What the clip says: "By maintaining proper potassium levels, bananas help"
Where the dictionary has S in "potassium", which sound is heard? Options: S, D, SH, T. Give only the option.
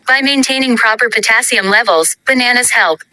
S